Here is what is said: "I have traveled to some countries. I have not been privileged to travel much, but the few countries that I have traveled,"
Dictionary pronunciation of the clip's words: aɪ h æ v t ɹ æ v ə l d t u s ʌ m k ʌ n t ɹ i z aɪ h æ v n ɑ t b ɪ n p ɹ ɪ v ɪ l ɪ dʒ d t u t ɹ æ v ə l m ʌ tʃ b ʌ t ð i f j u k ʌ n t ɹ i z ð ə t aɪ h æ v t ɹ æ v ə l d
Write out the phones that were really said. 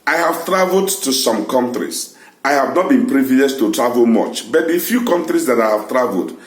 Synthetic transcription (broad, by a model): aɪ h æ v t ɹ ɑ v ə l d t u s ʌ m k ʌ n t ɹ i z aɪ h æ v n ɑ t b ɪ n p ɹ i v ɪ ɪ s t u t ɹ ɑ v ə l m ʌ tʃ b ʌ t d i f j u k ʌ n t ɹ i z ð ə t aɪ h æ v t ɹ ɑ v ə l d